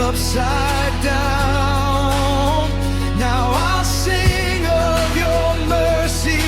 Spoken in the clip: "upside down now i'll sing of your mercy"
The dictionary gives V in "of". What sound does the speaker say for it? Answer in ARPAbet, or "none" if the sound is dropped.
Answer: V